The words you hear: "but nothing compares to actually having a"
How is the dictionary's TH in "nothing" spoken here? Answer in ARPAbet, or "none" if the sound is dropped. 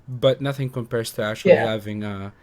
TH